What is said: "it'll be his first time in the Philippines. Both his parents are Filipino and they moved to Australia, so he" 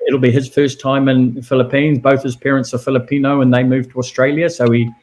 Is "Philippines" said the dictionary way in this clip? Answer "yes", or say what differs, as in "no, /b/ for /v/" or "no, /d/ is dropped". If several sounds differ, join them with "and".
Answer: yes